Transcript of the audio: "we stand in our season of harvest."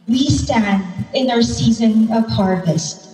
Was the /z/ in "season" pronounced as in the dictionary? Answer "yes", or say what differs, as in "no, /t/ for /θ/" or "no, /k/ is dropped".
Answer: yes